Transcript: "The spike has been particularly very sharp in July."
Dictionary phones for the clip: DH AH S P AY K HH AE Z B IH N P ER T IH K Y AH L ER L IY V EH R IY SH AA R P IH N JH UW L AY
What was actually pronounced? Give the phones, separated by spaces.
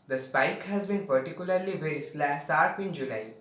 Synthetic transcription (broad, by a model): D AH S P AY K HH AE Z B IH N P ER T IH K Y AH L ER L IY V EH R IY S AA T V IH N JH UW L AY